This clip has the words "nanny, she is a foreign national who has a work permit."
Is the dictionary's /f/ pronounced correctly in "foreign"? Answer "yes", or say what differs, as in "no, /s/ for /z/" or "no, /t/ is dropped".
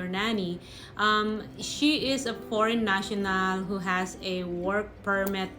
no, /p/ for /f/